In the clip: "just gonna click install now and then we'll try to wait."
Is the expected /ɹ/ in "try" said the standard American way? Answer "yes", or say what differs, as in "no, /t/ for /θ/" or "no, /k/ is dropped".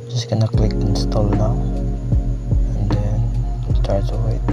no, /ɹ/ is dropped